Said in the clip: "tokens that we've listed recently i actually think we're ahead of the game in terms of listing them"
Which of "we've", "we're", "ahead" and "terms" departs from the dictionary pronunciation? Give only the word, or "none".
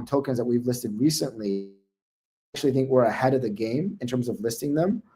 none